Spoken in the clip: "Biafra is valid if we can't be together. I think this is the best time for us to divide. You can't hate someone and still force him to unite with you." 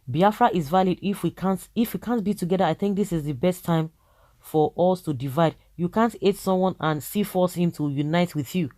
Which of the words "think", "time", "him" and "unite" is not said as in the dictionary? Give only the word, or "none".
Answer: none